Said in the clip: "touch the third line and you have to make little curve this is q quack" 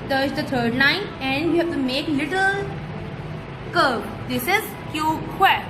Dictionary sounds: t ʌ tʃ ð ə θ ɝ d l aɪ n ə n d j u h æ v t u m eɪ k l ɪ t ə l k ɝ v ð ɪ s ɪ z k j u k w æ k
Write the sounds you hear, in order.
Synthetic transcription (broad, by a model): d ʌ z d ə t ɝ d n aɪ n ə n d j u h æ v t u m eɪ k l ɪ t ə l k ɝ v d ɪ s ɪ z k j u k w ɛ